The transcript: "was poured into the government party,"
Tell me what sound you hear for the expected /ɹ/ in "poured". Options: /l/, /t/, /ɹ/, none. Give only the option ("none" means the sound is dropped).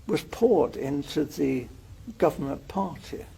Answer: /ɹ/